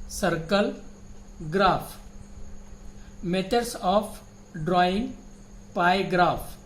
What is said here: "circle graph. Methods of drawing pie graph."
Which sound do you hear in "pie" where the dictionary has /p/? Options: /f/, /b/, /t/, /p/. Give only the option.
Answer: /p/